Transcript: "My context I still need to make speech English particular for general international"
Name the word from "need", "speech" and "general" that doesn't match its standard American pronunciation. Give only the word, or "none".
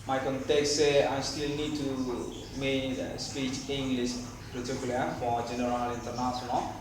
none